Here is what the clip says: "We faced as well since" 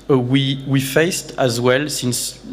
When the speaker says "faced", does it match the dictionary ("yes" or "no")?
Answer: yes